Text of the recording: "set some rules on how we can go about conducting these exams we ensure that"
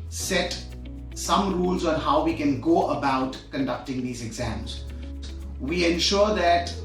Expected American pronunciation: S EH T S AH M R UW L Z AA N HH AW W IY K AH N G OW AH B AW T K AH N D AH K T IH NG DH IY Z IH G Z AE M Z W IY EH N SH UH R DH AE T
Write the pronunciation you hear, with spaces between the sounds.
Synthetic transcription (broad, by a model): S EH T S AH M R UW L Z AA N HH AW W IY K AH N G OW AH B AW T K AH N D AH K T IH NG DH IY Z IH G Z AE M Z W IY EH N SH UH R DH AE T